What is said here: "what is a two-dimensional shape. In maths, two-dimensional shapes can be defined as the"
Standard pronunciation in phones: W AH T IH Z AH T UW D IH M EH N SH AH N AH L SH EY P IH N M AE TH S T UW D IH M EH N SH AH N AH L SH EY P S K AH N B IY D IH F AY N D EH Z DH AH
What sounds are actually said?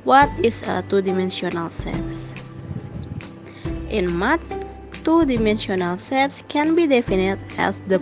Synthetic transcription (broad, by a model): W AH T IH S AH T UW D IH M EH N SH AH N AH L S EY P IH N M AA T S T UW D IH M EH N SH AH N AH L S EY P S K AH N B IY D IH F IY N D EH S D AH